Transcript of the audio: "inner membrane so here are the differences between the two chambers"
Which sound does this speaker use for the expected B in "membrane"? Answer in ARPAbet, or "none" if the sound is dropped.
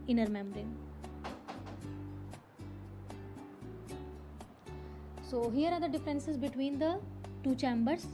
none